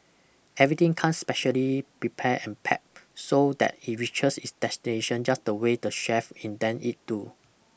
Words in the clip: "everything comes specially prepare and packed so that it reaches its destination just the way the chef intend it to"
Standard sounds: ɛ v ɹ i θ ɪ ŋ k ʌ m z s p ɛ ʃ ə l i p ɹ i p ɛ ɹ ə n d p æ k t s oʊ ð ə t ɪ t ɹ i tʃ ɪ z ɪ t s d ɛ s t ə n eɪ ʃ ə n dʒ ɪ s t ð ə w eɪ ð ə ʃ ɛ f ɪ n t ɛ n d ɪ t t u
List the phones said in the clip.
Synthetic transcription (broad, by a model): ɛ v ɹ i t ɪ ŋ k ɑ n s p ɛ ʃ ə l i p ɹ i p ɛ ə n p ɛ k s oʊ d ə t ɪ t ɹ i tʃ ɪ s ɪ t s d ɛ s t ə n eɪ ʃ ə n dʒ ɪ s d ə w eɪ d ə ʃ ɛ f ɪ n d ɛ n ɪ t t u